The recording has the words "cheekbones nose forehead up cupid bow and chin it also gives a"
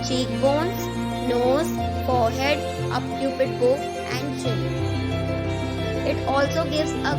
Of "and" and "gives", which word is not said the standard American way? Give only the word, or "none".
none